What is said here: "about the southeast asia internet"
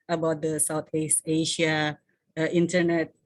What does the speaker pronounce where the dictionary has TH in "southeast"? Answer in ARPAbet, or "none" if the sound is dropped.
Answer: T